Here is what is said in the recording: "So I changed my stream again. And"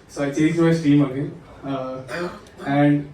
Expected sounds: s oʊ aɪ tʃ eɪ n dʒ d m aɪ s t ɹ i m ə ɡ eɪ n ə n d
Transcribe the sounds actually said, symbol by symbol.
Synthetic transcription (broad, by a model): s oʊ aɪ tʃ eɪ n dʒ m aɪ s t i m ə ɡ eɪ n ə n d